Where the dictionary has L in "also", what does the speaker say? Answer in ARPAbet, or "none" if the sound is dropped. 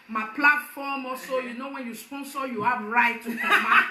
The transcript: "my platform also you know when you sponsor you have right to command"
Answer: none